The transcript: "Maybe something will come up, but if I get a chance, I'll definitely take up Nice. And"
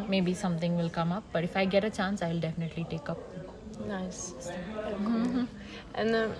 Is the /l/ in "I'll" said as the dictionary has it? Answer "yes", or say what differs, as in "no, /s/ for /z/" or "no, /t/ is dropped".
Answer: yes